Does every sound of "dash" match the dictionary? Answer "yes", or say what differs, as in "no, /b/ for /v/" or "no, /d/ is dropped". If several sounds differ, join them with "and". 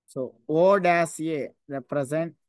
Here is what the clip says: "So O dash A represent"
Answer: no, /s/ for /ʃ/